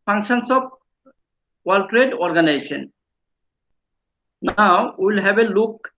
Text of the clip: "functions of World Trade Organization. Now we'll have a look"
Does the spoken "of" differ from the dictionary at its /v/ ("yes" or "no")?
yes